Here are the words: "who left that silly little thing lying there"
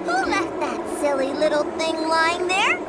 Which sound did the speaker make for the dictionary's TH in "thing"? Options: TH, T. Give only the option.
TH